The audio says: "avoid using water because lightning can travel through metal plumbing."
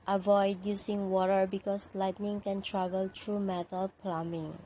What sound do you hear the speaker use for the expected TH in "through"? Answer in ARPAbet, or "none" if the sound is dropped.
T